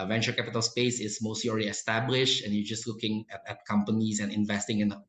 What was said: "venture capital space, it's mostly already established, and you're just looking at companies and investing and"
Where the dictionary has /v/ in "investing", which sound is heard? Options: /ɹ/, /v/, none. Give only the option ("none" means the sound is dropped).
/v/